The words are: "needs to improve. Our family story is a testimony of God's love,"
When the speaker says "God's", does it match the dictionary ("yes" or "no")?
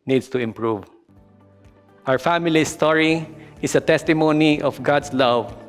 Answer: no